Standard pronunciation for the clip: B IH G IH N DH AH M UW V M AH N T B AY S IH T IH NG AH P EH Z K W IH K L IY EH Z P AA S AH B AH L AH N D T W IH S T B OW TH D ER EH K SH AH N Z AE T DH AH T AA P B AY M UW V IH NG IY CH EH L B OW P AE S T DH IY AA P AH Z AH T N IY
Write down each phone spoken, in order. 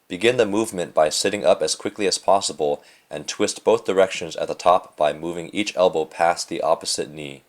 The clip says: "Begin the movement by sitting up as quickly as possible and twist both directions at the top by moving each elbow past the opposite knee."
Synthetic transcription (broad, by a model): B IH G IH N DH AH M UW V M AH N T B AY S IH T IH NG AH P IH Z K W IH K L IY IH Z P AA S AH B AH L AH N T W IH S T B OW TH D ER EH K SH AH N Z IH T DH AH T AA P B AY M UW V IH NG IY CH EH L B OW P AE S DH IY AA P AH Z AH T N IY